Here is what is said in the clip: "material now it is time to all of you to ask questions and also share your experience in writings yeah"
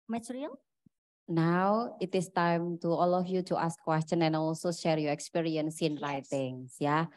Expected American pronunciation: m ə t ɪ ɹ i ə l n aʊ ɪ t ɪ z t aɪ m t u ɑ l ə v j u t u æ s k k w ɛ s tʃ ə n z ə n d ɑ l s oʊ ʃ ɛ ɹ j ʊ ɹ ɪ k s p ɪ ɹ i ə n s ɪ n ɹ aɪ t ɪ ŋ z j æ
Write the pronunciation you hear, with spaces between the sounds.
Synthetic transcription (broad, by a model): m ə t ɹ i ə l n aʊ ɪ t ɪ s t aɪ m t u ɑ l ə f j u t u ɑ s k k w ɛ s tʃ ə n ə n ɑ l s oʊ ʃ ɛ ɹ j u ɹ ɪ k s p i ɹ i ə n s ɪ n ɹ aɪ t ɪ ŋ s j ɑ